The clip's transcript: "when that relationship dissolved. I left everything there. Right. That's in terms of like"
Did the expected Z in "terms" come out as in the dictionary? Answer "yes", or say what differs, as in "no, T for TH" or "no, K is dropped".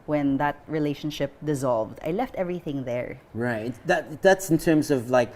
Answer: yes